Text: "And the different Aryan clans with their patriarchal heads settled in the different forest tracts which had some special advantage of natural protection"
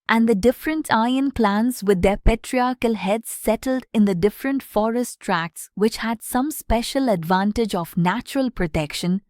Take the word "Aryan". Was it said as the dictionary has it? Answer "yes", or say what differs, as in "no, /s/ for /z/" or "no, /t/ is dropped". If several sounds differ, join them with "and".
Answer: no, /ɹ/ is dropped